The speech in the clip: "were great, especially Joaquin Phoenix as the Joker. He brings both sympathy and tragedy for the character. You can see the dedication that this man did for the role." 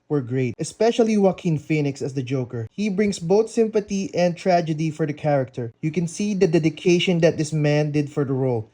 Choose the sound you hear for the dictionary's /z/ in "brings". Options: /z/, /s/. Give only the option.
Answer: /s/